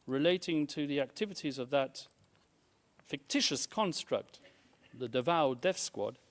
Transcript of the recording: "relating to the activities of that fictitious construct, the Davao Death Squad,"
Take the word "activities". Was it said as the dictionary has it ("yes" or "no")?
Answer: yes